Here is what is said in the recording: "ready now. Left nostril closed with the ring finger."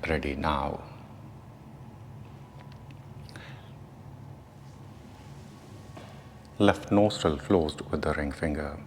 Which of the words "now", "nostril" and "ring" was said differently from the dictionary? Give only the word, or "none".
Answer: nostril